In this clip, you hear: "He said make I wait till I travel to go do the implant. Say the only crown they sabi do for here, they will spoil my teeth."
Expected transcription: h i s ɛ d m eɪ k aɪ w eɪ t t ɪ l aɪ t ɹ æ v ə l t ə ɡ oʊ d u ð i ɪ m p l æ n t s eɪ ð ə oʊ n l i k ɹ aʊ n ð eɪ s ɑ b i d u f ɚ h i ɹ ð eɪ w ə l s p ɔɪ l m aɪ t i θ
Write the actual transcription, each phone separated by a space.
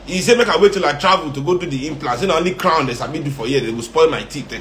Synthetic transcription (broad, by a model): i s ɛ m eɪ k aɪ w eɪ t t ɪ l aɪ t ɹ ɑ v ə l t ə ɡ oʊ d u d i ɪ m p l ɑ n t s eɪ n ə oʊ n l i k ɹ aʊ n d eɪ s ɑ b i d u f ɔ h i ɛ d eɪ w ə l s p ɔɪ l m aɪ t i